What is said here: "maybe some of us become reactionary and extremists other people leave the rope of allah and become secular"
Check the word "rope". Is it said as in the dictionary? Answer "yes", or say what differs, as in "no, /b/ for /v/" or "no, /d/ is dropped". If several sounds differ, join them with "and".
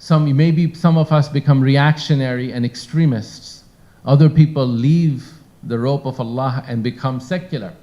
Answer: yes